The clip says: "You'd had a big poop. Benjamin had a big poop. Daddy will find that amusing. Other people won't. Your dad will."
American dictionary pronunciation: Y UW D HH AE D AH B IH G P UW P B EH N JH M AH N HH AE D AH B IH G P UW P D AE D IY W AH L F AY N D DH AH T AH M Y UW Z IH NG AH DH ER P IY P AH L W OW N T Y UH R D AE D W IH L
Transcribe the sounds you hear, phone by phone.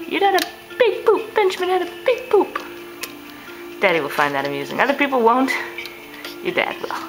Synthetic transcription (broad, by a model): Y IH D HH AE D AH B IH G P UW P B EH N CH M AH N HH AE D AH B IH G P UW P D AE D IY W AH L F AY N DH AH T AH M Y UW Z IH NG AH DH ER P IY P L W OW N T Y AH R D AE D W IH L